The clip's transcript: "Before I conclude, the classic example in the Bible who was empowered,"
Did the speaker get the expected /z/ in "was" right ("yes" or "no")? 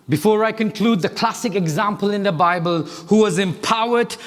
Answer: yes